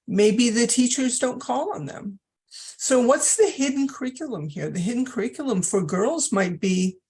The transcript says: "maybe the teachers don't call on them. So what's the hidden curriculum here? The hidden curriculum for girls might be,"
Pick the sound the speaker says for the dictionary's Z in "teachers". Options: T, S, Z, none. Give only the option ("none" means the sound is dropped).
Z